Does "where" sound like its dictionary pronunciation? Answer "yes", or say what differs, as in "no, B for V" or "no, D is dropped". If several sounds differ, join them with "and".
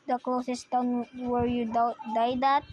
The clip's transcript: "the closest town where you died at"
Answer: yes